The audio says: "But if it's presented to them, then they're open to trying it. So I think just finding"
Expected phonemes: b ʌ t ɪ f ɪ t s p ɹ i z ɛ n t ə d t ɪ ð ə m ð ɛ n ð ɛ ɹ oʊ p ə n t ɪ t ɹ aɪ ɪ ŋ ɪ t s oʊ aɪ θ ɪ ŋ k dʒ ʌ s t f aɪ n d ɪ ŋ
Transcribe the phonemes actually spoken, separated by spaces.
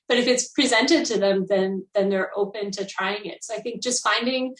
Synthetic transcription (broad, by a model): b ʌ t ɪ f ɪ t s p ɹ i z ɛ n t ə d t ɪ ð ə m ð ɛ n ð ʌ ɹ oʊ p ə n t ɪ t ɹ aɪ ɪ ŋ ɪ t s oʊ aɪ θ ɪ ŋ k dʒ ʌ s t f aɪ n d ɪ ŋ